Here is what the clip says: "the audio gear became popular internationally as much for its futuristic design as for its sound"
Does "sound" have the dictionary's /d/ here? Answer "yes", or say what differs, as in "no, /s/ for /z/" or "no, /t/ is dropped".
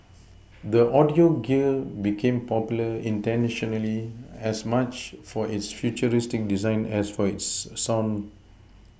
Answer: no, /d/ is dropped